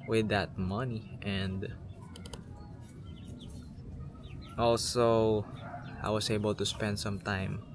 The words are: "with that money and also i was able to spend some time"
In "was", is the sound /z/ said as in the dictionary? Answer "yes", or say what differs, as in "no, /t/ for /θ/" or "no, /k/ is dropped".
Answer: no, /s/ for /z/